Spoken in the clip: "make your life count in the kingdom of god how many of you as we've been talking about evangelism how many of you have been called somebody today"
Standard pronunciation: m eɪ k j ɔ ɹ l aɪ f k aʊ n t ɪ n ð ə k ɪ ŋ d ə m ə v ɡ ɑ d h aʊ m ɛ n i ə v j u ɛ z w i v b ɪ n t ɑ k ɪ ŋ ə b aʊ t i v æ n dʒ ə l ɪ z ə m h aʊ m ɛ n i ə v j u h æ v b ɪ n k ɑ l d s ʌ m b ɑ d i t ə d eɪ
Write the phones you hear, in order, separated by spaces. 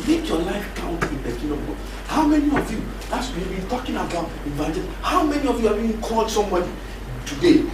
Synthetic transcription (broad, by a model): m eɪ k j ɔ l aɪ f k aʊ n t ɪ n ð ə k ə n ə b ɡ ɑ h aʊ m ɛ n i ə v j u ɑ s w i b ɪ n t ɑ k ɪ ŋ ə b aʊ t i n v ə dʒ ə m h aʊ m ɛ n i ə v j u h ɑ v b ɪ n k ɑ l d s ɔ m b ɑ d i t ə d eɪ